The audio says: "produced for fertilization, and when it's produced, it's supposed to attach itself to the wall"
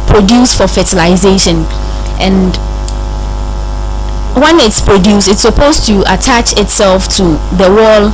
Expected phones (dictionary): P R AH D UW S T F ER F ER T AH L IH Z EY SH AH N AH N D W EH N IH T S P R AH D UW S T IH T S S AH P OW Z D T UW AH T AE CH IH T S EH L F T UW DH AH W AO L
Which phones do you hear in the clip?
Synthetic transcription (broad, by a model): P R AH D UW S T F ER F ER T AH L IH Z EY SH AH N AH N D W EH N IH T S P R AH D UW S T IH T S S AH P OW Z T UW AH T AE CH IH T S EH L F T UW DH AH W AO L